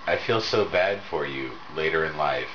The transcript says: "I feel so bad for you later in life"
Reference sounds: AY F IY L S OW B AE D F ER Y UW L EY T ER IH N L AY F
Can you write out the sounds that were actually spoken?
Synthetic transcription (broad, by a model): AY F IY L S OW B AE D F ER Y UW L EY T ER IH N L AY F